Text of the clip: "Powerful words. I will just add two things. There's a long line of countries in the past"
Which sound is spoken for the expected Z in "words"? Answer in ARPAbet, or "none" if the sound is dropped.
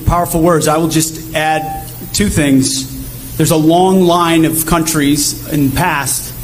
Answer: Z